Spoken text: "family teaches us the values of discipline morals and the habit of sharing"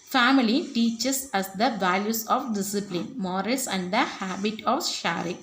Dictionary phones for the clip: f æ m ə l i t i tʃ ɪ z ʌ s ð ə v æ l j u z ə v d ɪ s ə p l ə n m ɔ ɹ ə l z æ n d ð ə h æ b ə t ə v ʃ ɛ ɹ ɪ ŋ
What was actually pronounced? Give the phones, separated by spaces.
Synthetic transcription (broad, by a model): f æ m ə l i t i tʃ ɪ s ʌ s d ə v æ l j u s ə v d ɪ s ə p l ə n m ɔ ɹ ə l s æ n d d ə h æ b ə t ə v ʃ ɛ ɹ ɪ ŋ